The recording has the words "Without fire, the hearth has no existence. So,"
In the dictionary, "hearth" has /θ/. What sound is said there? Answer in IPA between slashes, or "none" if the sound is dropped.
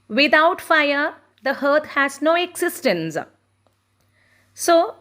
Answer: /t/